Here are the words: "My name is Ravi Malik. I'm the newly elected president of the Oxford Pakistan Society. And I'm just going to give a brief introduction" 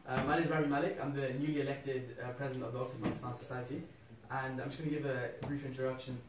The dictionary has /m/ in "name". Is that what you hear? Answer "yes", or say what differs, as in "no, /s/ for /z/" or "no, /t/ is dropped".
no, /m/ is dropped